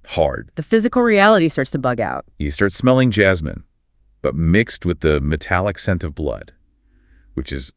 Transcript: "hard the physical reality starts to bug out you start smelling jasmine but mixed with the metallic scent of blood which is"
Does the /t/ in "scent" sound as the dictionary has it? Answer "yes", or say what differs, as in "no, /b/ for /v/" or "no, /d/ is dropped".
yes